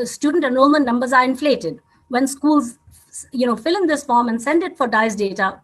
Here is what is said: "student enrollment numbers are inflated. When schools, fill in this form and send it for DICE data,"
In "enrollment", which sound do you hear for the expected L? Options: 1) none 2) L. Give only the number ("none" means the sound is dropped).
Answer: 1